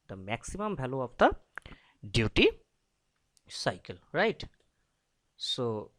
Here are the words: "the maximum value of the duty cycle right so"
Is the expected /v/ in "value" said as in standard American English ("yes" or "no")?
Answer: no